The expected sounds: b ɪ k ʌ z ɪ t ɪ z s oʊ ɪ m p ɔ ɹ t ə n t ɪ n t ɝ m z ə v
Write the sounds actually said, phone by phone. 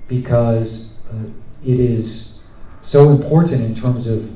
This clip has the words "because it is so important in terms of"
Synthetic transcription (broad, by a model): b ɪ k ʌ z ɪ t ɪ z s oʊ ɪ m p ɔ ɹ t n t ɪ n t ɝ m z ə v